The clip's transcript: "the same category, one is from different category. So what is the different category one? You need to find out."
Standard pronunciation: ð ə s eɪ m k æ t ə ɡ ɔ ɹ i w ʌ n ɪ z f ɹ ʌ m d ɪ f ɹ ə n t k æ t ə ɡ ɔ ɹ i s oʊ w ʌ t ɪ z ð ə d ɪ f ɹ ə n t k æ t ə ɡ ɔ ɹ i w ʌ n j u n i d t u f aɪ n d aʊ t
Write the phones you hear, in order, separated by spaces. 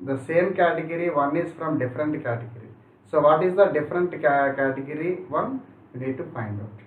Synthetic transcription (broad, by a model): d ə s eɪ m k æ t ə ɡ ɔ ɹ i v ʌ n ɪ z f ɹ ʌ m d ɪ f ɹ ə n t k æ t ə ɡ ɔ ɹ i s oʊ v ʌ t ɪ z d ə d ɪ f ɹ ə n t k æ t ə ɡ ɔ ɹ i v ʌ n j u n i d t u p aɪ n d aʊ t